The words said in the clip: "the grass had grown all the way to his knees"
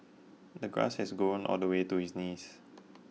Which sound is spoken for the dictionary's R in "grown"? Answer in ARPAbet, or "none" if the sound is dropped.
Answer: none